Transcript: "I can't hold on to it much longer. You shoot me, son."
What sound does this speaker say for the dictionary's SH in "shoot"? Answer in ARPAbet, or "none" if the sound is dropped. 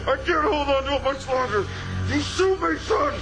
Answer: S